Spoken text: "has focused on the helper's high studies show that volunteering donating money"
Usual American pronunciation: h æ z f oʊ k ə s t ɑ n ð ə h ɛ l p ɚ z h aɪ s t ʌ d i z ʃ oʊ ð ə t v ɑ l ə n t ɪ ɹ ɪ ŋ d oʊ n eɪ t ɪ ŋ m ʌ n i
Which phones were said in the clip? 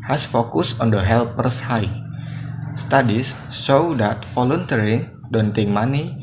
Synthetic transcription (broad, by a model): h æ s f oʊ k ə s ɑ n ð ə h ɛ l p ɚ s h aɪ s t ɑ d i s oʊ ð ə t f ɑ l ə n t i ɹ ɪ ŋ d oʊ n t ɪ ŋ m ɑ n i